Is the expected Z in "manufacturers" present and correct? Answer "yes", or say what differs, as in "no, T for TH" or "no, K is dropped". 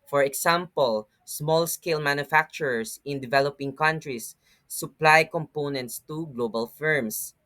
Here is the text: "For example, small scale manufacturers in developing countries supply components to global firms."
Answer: no, S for Z